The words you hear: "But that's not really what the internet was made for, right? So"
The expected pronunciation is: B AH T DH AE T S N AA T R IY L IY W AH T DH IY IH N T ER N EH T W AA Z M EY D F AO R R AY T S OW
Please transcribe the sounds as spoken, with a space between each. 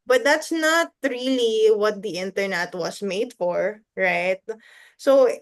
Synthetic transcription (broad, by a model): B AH T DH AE T S N AA T R IY L IY W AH T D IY IH N T ER N EH T W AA S M EY D F AO R R AY T S OW